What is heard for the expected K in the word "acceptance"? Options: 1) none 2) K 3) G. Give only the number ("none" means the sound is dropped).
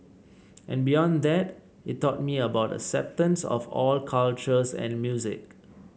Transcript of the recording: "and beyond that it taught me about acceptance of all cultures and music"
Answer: 1